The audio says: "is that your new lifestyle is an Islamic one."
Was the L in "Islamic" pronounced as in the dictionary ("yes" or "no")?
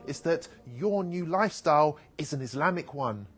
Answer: yes